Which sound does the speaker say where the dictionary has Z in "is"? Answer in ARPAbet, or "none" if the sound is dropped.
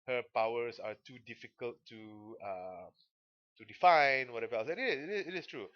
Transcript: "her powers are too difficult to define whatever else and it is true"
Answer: S